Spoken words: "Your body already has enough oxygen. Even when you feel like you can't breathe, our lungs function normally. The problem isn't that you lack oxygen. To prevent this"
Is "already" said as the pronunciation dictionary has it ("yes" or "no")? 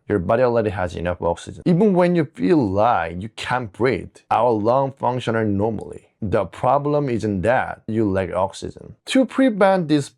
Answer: no